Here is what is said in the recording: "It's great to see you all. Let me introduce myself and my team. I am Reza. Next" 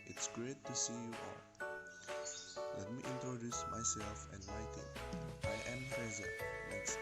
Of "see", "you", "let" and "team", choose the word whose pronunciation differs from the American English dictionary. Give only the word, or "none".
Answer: team